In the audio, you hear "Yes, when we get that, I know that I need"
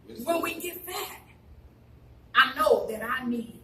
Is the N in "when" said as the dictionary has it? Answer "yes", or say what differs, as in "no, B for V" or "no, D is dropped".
no, L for N